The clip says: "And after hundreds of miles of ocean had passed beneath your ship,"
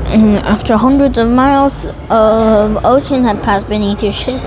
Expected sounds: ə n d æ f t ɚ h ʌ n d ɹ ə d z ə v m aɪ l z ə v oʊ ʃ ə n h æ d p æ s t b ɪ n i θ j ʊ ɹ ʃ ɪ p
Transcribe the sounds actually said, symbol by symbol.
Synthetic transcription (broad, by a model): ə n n æ f t ɚ h ʌ n d ɹ ə d z ə v m aɪ l z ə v oʊ ʃ ə n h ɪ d p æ s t b ɪ n i θ j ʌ ɹ ʃ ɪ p